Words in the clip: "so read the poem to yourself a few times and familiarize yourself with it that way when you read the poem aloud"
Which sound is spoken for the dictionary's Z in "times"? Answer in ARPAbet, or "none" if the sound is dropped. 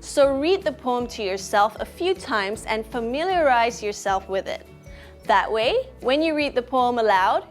Z